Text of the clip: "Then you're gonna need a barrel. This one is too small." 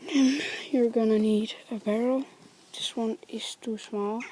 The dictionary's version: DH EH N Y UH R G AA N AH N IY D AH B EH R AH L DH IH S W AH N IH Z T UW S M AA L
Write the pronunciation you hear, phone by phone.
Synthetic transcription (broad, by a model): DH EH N Y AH R G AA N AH N IY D AH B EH R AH L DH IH S W AH N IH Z T UW S M AA L